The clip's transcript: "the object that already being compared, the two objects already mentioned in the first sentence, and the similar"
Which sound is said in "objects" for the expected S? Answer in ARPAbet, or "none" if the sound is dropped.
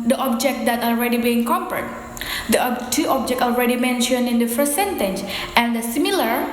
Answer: none